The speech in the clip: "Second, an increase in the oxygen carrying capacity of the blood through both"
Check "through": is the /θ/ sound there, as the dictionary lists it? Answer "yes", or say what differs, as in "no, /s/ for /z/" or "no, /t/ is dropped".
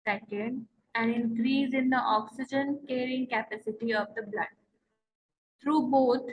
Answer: no, /t/ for /θ/